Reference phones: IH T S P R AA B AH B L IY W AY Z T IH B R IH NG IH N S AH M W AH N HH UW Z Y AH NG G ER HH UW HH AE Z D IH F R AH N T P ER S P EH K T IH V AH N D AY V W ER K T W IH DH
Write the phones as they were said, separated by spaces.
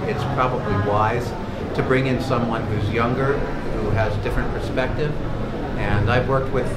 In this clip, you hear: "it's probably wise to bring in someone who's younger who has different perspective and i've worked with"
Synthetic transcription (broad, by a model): IH T S P R AA B AH B L IY W AY Z T IH B R IH NG IH N S AH M W AH N HH UW Z Y AH NG G ER HH UW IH Z D IH F R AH N P ER S P EH K T IH V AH N AY V W ER K T W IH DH